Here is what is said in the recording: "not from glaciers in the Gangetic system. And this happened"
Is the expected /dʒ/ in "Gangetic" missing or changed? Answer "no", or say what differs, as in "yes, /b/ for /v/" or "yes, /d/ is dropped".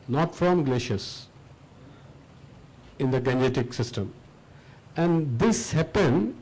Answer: yes, /dʒ/ is dropped